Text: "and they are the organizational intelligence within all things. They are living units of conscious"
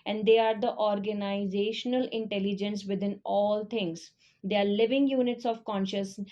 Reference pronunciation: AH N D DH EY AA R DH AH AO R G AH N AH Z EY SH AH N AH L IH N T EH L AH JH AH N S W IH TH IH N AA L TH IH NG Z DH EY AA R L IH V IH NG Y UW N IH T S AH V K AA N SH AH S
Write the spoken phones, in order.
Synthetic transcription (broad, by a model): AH N D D EY AA R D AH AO R G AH N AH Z EY SH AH N AH L IH N T EH L AH JH AH N S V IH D IH N AA L T IH NG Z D EY AA R L IH V IH NG Y UW N IH T S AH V K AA N SH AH S